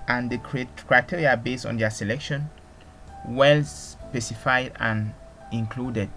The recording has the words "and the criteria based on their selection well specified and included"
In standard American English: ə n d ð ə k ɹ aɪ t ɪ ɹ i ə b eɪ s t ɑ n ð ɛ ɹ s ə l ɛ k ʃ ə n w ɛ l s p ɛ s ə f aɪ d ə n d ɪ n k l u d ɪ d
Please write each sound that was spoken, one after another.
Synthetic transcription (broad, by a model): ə n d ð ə k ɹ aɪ t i ɹ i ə b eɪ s ɑ n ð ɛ s ə l ɛ k ʃ ə n w ɛ l s p ɛ s ə f aɪ d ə n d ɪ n k l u d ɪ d